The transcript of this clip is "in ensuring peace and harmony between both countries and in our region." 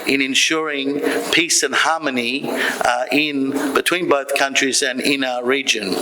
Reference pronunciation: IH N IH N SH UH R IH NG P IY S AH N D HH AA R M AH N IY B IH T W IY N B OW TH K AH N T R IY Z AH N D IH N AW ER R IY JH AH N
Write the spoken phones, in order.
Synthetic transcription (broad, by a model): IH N IH N SH UH R IH NG P IY S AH N HH AA R M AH N IY B IH T W IY N B OW TH K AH N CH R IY Z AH N IH N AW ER R IY JH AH N